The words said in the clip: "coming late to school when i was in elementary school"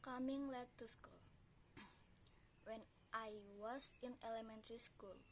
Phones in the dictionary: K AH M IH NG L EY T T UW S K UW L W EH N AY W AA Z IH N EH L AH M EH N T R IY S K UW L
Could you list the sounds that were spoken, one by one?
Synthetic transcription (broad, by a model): K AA M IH NG L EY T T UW S K UW L W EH N AY W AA S IH N EH L AH M EH N T R IY S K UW L